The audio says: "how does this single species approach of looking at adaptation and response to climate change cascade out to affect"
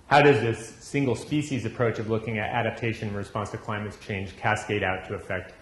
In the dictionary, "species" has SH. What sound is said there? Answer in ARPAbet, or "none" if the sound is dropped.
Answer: SH